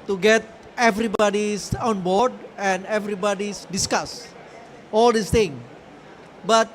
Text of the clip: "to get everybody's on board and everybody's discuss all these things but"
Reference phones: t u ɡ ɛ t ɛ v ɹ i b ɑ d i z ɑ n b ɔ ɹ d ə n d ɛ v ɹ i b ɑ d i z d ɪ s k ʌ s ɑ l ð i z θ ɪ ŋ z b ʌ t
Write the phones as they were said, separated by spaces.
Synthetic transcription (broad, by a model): t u ɡ ɛ t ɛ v ɹ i b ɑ d i s ɑ n b ɔ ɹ d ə n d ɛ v ɹ i b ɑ d i s d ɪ s k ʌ s ɑ l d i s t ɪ ŋ b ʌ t